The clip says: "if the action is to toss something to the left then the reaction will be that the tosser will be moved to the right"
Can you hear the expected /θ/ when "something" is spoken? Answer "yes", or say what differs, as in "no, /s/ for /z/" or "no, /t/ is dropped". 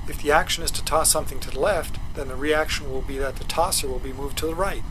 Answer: yes